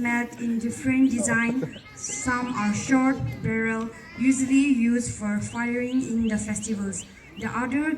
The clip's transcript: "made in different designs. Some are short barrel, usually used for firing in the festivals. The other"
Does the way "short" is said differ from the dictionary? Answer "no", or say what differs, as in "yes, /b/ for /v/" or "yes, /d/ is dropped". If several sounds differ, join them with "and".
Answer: no